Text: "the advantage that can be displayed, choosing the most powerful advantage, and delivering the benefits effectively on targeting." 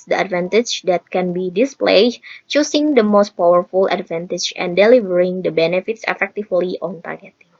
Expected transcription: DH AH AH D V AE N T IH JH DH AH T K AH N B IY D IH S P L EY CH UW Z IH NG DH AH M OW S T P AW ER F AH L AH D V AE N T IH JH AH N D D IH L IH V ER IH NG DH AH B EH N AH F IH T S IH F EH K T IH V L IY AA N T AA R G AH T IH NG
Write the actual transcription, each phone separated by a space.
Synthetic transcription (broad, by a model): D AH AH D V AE N T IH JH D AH T K AH N B IY D IH S P L EY CH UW S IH NG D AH M OW S T P AW ER F AH L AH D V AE N T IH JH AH N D D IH L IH V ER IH NG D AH B EH N AH F IH T S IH F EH K T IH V L IY AA N T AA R G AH T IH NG